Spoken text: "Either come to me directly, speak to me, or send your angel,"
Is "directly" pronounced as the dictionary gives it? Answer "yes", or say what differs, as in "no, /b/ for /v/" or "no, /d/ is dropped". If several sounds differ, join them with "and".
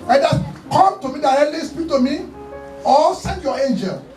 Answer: no, /k/ is dropped